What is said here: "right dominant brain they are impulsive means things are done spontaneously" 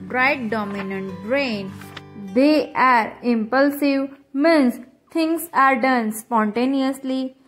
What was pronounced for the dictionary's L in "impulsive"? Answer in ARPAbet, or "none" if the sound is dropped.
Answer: L